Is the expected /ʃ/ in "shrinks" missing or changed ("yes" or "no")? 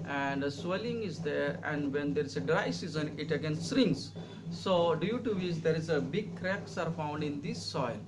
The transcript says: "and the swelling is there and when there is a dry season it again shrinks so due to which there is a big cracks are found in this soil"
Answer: yes